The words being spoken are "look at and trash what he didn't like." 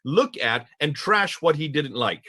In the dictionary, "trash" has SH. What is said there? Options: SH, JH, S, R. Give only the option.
SH